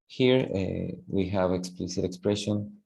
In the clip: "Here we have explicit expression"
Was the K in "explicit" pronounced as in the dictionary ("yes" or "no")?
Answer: yes